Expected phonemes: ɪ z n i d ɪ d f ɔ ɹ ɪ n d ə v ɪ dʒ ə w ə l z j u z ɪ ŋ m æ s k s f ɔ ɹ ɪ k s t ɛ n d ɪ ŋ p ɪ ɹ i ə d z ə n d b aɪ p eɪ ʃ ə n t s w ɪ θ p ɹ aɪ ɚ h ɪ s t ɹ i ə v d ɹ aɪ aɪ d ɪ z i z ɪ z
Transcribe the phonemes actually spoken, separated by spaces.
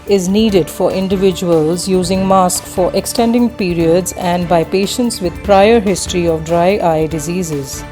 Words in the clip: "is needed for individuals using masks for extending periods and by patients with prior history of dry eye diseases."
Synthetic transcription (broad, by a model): ɪ z n i d ɪ d f ɔ ɹ ɪ n d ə v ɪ dʒ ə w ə l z j u z ɪ ŋ m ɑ s k f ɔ ɹ ɪ k s t ɛ n d ɪ ŋ p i ɹ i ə d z ə n d b aɪ p eɪ ʃ ə n t s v ɪ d p ɹ aɪ ɚ h ɪ s t ɹ i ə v d ɹ aɪ aɪ d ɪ z i z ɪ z